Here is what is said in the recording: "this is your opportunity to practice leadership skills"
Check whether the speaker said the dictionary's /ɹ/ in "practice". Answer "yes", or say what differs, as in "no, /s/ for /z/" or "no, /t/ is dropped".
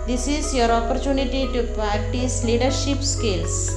no, /ɹ/ is dropped